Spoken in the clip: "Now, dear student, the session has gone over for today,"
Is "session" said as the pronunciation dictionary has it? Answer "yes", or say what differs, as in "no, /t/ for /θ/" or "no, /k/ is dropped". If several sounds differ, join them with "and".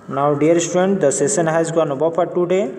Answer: no, /s/ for /ʃ/